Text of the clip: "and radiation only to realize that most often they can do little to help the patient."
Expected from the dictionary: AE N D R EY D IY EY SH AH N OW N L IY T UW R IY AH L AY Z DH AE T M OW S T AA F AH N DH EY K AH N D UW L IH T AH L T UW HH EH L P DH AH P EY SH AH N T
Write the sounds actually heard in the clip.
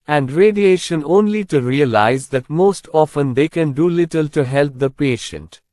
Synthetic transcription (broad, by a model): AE N D R EY D IY EY SH AH N OW N L IY T UW R IY AH L AY Z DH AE T M OW S T AA F AH N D EY K AH N D UW L IH T AH L T UW HH EH L P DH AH P EY SH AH N T